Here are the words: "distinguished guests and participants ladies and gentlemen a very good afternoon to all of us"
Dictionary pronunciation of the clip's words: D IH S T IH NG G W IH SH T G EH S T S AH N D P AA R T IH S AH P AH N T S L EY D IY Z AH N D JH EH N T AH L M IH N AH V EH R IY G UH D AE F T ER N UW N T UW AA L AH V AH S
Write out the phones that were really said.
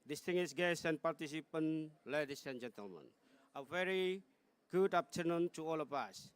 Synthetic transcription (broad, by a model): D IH S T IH NG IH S G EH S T AH N P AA R T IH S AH P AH N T L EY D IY S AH N JH EH N T AH L M IH N AH V EH R IY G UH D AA P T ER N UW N T UW AA L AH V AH S